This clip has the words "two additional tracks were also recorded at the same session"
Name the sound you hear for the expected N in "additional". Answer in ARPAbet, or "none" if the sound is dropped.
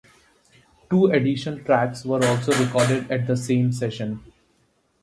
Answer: none